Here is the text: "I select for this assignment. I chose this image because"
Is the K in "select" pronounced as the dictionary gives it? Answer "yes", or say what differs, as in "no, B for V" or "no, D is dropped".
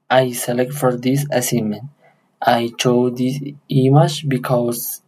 yes